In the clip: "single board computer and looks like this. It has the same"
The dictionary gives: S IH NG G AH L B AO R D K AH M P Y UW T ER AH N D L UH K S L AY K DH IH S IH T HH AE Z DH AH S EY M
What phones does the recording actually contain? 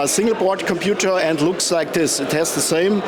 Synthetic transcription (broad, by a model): S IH NG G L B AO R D K AH M P Y UW T ER AH N D L UH K S L AY K DH IH S IH T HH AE S DH AH S EY M